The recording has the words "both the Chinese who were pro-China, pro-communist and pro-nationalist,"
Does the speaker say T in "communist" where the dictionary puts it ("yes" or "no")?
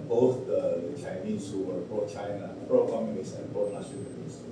no